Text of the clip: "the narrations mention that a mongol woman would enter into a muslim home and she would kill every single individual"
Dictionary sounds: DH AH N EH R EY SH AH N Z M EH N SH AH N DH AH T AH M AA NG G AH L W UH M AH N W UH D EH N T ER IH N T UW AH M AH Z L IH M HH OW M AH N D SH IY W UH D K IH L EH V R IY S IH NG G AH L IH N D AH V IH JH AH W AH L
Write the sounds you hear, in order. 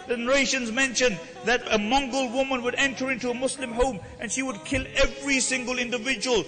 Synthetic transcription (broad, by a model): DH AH N EH R EY SH AH N Z M EH N SH AH N DH AH T AH M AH NG G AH L W UH M AH N W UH D EH N T ER IH N T UW AH M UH S L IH M HH OW M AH N SH IY W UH D K IH L EH V R IY S IH NG G AH L IH N D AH V IH JH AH W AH L